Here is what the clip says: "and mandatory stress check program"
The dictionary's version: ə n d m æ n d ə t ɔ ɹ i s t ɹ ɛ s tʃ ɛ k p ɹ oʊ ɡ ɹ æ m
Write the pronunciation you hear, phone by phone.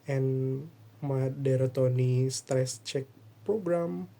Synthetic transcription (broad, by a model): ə n m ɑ d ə t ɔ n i s t ɹ ɛ s tʃ ɛ k p ɹ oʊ ɡ ɹ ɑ m